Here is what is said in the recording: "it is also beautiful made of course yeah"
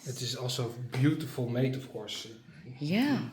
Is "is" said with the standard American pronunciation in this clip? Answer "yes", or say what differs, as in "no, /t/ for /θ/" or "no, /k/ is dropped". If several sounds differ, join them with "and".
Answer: no, /s/ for /z/